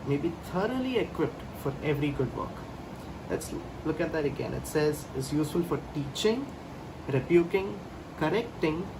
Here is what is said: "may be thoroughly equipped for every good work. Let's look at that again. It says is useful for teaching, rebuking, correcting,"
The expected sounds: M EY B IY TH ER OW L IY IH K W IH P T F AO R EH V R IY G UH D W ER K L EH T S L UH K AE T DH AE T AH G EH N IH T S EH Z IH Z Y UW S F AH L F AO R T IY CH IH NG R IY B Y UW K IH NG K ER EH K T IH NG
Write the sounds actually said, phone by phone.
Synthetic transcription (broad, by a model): M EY B IY T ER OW L IY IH K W IH P T F AO R EH V R IY G UH D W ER K L EH T S L UH K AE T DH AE T AH G EH N IH T S EH Z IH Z Y UW S F AH L F AO R T IY CH IH NG R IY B Y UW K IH NG K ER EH K T IH NG